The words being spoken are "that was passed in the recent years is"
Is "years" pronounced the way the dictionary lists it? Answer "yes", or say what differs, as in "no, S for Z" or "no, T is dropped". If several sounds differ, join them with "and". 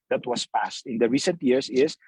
no, S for Z